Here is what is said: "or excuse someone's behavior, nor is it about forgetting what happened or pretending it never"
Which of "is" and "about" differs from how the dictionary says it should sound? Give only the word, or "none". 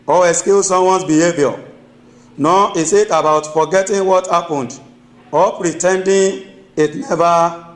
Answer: is